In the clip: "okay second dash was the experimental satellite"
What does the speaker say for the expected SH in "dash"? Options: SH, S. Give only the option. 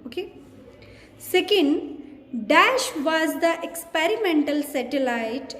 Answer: SH